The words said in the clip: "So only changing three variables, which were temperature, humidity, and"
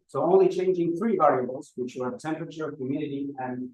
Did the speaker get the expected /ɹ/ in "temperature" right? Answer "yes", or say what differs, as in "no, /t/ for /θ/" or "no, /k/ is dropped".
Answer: yes